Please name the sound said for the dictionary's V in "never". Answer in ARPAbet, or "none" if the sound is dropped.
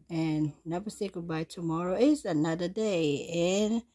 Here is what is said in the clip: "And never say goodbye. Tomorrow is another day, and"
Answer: B